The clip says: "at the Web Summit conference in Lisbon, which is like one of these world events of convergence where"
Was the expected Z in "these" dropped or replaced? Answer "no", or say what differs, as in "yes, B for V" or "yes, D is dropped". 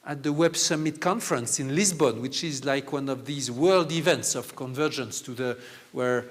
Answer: no